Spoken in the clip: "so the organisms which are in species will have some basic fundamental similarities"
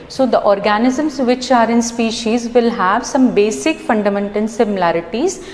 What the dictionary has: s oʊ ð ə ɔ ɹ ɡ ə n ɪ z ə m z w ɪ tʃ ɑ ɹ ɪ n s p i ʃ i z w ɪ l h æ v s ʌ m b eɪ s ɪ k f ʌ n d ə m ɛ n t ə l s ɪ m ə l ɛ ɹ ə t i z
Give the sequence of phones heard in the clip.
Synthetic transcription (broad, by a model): s oʊ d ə ɔ ɹ ɡ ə n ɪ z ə m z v ɪ tʃ ɑ ɹ ɪ n s p i ʃ i z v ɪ l h æ v s ʌ m b eɪ s ɪ k f ʌ n d ə m ɛ n t ə l s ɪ m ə l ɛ ɹ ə t i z